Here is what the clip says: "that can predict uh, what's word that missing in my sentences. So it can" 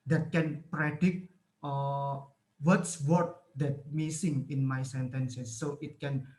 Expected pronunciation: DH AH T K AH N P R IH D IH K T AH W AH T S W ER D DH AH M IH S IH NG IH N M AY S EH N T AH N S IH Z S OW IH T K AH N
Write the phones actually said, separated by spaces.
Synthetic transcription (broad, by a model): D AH T K AH N P R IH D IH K AH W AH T S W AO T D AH M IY S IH NG IH N M AY S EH N T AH N S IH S OW IH T K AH N